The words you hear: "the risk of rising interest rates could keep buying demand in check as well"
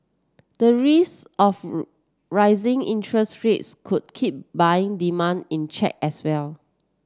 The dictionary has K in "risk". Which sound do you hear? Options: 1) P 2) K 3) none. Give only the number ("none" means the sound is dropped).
3